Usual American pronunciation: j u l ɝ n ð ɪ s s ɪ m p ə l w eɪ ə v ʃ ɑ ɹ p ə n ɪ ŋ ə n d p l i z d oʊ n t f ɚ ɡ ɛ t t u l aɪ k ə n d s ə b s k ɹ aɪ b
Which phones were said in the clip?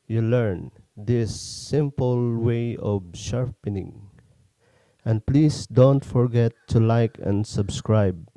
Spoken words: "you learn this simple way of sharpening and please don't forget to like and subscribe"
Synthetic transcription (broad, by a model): j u l ɝ n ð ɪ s s ɪ m p ə l w eɪ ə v ʃ ɑ ɹ p ə n ɪ ŋ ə n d p l i s d oʊ n t f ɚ ɡ ɛ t t u l aɪ k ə n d s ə b s k ɹ aɪ b